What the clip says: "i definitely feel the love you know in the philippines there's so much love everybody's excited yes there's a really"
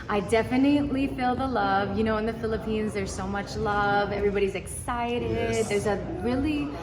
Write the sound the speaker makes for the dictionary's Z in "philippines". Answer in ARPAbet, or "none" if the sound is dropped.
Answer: Z